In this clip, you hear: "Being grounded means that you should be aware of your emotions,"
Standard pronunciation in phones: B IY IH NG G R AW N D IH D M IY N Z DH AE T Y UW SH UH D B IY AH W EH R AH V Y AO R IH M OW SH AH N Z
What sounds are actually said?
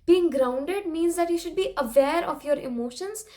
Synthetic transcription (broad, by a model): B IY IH NG G R AW N D IH D M IY N Z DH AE T Y UW SH UH D B IY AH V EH R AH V Y AO R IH M OW SH AH N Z